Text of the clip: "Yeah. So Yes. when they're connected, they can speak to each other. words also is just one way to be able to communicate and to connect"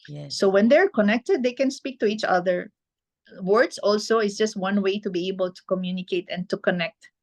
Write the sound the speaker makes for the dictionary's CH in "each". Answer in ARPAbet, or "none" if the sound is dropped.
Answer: CH